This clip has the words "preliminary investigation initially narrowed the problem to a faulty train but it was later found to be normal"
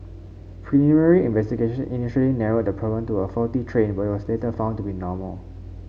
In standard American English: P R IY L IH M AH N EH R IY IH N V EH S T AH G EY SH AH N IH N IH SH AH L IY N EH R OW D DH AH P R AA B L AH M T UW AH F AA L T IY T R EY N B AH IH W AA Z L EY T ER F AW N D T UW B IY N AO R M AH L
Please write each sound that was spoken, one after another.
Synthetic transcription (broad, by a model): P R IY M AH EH R IY IH N V EH S T AH G EY SH AH N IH N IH SH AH L IY N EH R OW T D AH P R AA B AH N T UW AH F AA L T IY T R EY N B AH IH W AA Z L EY T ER F AW N T UW B IY N AO M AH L